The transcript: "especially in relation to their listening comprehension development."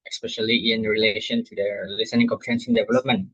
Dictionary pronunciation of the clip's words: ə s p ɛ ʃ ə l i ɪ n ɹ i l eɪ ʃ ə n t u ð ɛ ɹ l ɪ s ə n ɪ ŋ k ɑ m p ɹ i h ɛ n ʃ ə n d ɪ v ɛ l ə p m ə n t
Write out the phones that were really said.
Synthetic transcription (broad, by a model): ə s p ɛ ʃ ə l i ɪ n ɹ i l eɪ ʃ ə n t u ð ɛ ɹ l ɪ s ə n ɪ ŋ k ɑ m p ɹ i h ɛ n s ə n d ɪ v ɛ l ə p m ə n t